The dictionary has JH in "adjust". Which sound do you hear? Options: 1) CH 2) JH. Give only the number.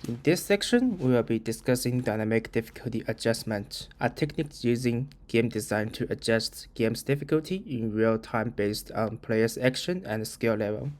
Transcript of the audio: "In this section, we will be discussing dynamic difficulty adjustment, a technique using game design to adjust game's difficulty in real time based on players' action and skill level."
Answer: 2